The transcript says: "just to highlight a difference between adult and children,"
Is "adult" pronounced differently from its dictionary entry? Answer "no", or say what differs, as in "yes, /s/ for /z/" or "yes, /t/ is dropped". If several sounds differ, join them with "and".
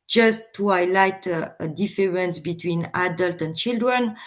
no